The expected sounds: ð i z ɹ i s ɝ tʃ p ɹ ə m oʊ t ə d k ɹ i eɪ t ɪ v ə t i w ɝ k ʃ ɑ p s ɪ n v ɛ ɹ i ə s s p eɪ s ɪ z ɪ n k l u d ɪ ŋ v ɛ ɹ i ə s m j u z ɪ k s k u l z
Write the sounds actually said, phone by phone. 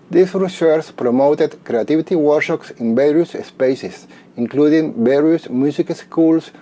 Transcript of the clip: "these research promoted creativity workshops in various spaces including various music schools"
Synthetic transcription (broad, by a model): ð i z ɹ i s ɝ s p ɹ ə m oʊ t ə d k ɹ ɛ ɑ t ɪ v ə t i w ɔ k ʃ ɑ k s ɪ n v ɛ ɹ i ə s s p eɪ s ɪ s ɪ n k l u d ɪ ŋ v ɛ ɹ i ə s m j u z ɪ k s k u l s